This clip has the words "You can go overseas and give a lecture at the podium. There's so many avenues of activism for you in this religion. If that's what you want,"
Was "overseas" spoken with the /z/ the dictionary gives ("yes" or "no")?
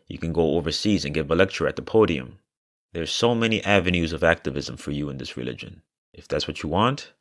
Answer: yes